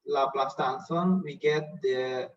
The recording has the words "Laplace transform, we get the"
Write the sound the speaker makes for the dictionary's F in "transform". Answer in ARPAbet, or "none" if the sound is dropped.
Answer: none